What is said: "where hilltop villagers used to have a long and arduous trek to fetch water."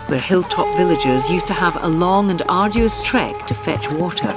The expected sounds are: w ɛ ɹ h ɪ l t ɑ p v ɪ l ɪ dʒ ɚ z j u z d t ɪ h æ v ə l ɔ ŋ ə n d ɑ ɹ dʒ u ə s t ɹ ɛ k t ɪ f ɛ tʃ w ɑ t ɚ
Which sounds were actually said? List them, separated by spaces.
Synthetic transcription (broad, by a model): w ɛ ɹ h ɪ l t ɑ p v ɪ l ɪ dʒ ɚ z j u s t ɪ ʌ v ə l ɔ ŋ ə n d ɑ ɹ dʒ u ə s t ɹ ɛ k t ɪ f ɛ tʃ w ɑ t ɚ